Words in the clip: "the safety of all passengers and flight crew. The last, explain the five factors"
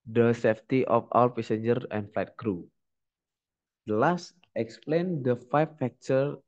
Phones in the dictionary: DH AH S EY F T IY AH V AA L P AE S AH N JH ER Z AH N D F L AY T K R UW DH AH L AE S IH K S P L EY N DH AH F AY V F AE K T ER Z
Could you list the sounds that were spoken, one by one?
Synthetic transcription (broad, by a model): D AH S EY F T IY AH F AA W P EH S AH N JH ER AH N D F L AY T K R UW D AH L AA S IH K S P L EY N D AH F AY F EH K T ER